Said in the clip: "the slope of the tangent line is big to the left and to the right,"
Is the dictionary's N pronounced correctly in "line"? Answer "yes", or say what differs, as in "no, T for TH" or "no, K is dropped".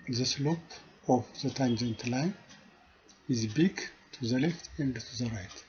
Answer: no, N is dropped